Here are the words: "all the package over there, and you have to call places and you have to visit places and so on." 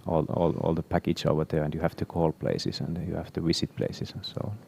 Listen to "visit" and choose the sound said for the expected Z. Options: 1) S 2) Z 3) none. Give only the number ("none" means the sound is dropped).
1